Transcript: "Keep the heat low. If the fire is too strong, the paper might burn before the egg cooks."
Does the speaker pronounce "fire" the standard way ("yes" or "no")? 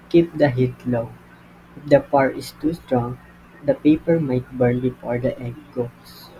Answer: no